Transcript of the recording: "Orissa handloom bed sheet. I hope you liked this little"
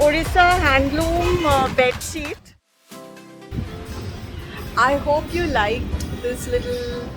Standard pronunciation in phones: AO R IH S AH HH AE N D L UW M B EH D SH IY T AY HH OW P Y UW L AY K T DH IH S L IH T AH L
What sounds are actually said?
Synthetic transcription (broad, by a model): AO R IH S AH HH AE N D L UW M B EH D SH IY T AY HH OW P Y UW L AY K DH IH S L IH T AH L